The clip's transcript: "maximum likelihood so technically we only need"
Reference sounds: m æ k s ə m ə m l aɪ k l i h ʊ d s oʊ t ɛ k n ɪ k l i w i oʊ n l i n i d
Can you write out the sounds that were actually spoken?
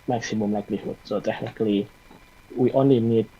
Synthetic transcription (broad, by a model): m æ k s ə m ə m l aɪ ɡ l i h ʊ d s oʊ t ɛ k n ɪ k l i w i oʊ n i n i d